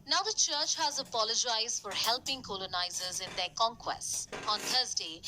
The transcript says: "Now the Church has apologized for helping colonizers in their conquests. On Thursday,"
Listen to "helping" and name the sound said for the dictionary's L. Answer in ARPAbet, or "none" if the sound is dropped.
L